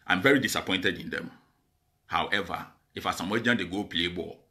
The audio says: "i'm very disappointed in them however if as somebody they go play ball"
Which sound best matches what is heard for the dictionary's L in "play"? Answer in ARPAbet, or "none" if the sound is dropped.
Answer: L